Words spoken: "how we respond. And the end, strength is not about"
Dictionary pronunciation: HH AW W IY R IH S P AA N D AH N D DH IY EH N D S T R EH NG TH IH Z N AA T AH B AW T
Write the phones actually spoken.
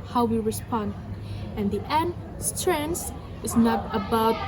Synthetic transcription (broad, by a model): HH AW W IY R IH S P AA N D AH N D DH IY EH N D S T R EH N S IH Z N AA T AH B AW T